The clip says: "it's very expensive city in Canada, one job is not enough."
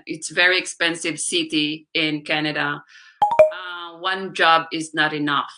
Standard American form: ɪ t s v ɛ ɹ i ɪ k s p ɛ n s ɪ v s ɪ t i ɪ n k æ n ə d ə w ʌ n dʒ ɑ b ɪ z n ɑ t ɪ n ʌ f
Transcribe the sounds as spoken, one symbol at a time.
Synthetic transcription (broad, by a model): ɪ t s v ɛ ɹ i ɪ k s p ɛ n s ɪ v s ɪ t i ɪ n k æ n ə d ə w ʌ n dʒ ɑ b ɪ z n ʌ t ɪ n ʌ f